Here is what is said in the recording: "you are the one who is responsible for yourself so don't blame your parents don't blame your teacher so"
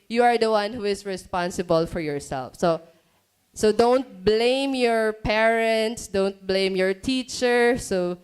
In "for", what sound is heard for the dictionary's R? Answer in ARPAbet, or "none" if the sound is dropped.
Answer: R